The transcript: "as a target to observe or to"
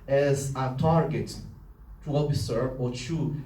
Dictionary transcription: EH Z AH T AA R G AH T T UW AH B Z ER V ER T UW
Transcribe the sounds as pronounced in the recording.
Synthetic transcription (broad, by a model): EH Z AH T AA R G AH T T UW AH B S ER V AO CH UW